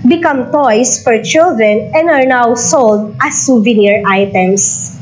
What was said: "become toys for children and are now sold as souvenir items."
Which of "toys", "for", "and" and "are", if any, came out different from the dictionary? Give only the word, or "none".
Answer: toys